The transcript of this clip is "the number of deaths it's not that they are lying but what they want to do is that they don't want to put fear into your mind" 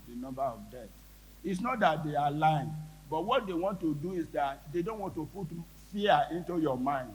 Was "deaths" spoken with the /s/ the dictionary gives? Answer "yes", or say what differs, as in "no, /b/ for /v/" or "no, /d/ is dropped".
no, /s/ is dropped